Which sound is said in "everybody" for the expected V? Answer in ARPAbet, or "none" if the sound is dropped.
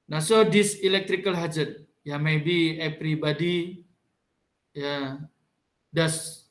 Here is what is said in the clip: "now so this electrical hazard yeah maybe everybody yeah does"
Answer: P